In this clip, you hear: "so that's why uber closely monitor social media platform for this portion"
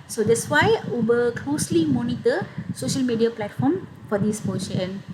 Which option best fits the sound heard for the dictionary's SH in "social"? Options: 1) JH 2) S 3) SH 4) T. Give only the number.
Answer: 3